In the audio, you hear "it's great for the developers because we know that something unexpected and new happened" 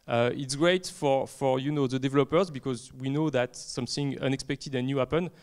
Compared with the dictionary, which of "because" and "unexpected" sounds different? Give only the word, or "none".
none